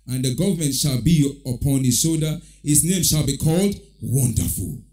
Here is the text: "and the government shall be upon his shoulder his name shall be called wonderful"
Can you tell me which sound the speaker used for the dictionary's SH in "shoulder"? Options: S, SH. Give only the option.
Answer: S